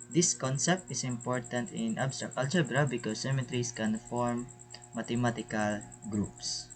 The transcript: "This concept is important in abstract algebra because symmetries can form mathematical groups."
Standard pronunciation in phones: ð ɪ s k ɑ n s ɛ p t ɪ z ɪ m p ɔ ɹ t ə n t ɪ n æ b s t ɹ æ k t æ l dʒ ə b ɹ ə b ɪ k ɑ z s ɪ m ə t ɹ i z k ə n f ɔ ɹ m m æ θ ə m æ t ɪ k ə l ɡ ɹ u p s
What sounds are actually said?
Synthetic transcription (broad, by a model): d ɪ s k ɑ n s ɛ p t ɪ s ɪ m p ɔ ɹ t ə n t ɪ n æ b s t ɹ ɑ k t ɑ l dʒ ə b ɹ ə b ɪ k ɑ s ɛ m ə t ɹ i s k ə n f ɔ ɹ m m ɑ t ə m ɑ t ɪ k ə l ɡ ɹ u p s